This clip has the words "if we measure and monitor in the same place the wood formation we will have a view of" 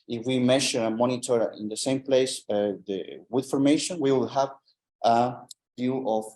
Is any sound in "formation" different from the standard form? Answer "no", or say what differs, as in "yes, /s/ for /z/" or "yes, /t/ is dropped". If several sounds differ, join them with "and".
no